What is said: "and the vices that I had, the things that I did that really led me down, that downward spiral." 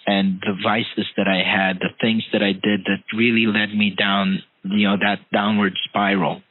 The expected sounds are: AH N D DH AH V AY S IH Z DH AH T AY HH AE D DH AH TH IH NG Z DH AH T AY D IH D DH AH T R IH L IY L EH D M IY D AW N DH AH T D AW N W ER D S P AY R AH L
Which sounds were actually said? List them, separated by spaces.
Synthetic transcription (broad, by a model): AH N DH AH V AY S IH Z DH AH T AY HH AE D DH AH TH IH NG Z DH AH T AY D IH D DH AH T R IH L IY L EH D M IY D AW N DH AH T D AW N W ER D S P AY R L